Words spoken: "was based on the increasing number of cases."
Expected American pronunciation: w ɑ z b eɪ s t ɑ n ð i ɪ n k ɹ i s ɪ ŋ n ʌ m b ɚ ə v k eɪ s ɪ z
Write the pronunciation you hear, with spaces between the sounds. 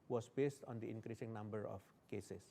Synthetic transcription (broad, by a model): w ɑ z b eɪ s t ɑ n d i ɪ n k ɹ i s ɪ ŋ n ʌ m b ɚ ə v k eɪ s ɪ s